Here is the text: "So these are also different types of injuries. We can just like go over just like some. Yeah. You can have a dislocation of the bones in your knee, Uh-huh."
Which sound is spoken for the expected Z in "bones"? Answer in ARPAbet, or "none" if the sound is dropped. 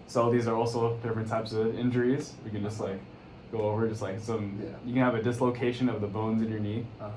Z